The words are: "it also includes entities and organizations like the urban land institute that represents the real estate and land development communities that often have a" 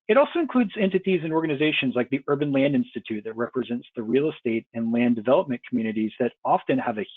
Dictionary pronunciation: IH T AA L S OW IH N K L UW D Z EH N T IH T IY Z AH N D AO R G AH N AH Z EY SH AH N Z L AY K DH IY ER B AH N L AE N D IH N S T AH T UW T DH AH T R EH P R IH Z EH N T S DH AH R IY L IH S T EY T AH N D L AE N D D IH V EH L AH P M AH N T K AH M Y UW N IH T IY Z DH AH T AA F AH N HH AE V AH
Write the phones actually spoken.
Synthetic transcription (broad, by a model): IH T AA L S OW IH N K L UW D Z EH N T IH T IY Z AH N AO R G AH N AH Z EY SH AH N Z L AY K DH IY ER B AH N L AE N D IH N S T AH T UW T DH AH T R EH P R IH Z EH N T S DH AH R IY L IH S T EY T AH N L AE N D D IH V EH L AH P M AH N K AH M Y UW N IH T IY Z DH AH T AA F AH N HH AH V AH